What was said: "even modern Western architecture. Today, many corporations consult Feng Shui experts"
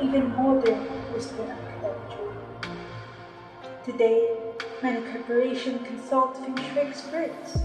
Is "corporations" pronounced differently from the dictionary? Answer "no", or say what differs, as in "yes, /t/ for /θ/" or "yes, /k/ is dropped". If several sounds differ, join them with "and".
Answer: yes, /z/ is dropped